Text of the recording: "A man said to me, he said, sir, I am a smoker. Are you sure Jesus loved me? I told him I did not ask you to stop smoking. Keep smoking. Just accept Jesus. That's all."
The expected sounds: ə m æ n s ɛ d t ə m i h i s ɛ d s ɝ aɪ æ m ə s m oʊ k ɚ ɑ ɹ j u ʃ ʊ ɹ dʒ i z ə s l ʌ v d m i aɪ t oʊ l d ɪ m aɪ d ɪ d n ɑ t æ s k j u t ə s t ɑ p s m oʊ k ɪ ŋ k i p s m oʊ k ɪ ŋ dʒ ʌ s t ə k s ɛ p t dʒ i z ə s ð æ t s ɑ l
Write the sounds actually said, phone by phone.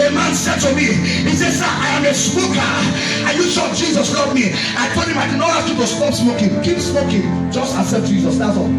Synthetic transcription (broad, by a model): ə m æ n s ɛ d t ə m i h i s ɛ d s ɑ aɪ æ m ə s m oʊ k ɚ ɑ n j u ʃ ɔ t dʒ i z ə s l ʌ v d m i aɪ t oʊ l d ɪ m aɪ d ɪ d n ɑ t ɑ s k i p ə s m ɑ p s m oʊ k ɪ ŋ k i p s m oʊ k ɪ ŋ dʒ ʌ s t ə s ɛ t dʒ i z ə s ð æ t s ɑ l